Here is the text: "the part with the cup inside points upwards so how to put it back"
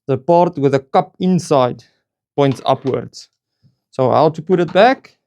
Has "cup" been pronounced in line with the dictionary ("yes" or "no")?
yes